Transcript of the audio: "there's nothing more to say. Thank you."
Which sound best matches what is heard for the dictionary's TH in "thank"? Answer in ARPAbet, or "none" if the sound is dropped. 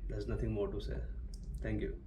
T